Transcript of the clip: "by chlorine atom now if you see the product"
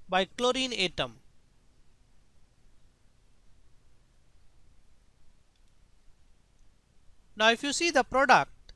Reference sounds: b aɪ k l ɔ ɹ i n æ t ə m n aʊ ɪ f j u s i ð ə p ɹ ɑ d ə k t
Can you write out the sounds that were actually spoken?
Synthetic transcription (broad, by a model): b aɪ k l ɔ ɹ i n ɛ t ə m n aʊ ɪ f j u s i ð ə p ɹ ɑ d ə k t